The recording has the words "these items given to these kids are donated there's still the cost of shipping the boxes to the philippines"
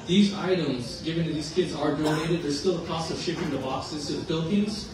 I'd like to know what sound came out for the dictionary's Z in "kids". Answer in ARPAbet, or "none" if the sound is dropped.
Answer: Z